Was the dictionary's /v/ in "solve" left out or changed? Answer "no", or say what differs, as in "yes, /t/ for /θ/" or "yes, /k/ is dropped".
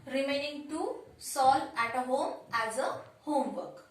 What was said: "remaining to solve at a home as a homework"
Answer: yes, /v/ is dropped